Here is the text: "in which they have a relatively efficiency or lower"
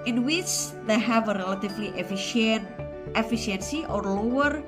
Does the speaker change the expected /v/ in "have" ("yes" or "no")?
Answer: no